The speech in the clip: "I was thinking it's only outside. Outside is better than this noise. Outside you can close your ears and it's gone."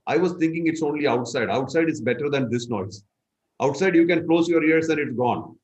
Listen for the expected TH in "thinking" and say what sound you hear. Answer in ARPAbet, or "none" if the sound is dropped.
T